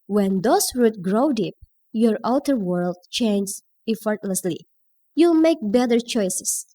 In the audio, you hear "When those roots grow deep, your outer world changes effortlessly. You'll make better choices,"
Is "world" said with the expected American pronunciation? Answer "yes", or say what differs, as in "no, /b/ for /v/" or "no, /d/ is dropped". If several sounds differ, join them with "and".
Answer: yes